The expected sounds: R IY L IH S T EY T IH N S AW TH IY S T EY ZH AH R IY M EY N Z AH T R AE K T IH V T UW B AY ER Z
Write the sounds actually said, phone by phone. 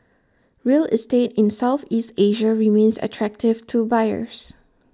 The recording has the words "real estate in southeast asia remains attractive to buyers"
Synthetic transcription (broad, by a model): R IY L IH S T EY T IH N S AW TH IY S T EY ZH AH R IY M EY N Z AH T R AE K T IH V T UW B AY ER S